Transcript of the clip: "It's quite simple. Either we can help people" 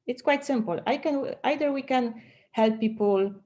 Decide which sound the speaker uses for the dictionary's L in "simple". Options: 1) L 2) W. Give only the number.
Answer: 2